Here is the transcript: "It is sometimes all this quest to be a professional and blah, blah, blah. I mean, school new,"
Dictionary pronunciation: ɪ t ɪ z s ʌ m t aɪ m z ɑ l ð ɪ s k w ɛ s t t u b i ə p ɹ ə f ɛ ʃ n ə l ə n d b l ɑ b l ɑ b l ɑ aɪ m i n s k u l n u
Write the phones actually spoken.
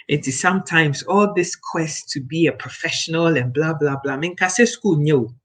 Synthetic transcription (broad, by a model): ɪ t ɪ z s ʌ m t aɪ m z ɑ l ð ɪ s k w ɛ s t t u b i ə p ɹ ə f ɛ ʃ n ə l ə n b l ɑ b l ɑ b l ɑ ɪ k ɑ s s k u l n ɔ